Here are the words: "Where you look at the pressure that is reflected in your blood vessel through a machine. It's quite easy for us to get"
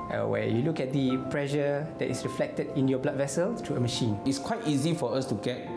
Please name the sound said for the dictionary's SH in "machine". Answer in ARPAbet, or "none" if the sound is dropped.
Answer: SH